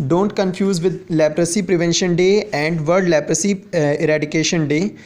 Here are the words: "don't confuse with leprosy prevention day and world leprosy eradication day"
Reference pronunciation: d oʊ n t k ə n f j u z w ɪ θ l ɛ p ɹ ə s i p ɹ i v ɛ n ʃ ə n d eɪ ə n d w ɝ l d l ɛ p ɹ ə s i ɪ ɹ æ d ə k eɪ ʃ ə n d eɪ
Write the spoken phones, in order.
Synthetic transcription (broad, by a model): d oʊ n t k ə n f j u z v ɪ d l ɛ p ɹ ə s i p ɹ i v ɛ n ʃ ə n d eɪ ə n d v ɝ d l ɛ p ɹ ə s i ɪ ɹ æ d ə k eɪ ʃ ə n d eɪ